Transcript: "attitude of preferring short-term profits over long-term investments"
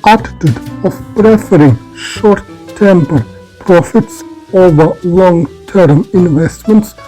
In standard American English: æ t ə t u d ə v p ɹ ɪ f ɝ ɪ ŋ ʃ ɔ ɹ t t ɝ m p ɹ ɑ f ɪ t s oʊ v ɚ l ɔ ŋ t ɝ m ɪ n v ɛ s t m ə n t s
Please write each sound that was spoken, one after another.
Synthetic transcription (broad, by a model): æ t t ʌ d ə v p ɹ ɪ f ɝ ɪ ŋ ʃ ɔ ɹ t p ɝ p ɹ ɑ f ɪ t s oʊ v ɚ l ɔ ŋ t ɝ m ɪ n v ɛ s t m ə n t s